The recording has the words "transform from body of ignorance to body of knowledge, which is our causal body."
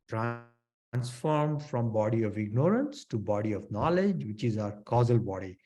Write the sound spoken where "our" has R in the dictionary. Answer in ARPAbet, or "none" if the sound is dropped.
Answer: R